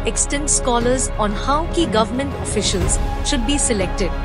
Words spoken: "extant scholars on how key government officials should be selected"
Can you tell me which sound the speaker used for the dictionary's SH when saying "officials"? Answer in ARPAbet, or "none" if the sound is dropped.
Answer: SH